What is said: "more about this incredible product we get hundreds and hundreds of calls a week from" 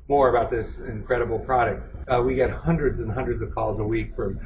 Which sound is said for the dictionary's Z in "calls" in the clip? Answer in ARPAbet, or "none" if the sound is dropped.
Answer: Z